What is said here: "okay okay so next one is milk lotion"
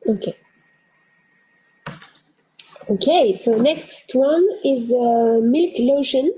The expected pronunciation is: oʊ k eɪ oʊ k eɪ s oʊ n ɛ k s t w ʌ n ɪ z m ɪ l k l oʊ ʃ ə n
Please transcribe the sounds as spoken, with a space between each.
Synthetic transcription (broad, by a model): oʊ k eɪ oʊ k eɪ s oʊ n ɛ k s t w ʌ n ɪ z m ɪ l k l oʊ ʃ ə n